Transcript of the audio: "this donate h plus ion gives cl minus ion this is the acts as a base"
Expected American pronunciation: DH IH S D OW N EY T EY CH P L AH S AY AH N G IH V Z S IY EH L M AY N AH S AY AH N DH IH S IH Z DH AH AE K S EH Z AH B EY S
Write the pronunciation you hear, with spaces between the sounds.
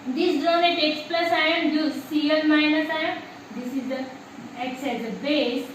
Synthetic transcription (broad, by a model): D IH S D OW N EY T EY S P L AH S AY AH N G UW Z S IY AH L M AY N AH S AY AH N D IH S IH Z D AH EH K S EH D AH B EY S